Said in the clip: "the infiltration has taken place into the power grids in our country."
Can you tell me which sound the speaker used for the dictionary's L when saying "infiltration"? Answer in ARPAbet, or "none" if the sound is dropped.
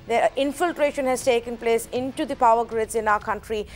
L